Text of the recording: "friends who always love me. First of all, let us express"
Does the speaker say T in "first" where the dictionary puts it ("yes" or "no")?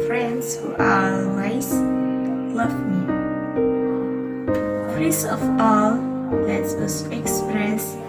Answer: no